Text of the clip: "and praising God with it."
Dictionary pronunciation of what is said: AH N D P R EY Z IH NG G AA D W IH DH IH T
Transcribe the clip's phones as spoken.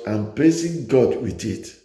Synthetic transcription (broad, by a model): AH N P L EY S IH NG G AA D W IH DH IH T